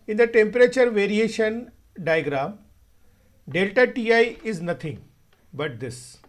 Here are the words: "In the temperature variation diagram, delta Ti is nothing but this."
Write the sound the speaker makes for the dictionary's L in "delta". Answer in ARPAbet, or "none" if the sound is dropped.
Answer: L